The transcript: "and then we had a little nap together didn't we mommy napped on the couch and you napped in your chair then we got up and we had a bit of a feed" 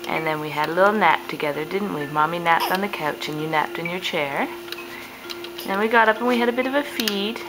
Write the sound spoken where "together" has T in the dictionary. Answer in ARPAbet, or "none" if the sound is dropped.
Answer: T